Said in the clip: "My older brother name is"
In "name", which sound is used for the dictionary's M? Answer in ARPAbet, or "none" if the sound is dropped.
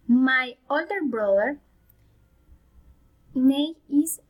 none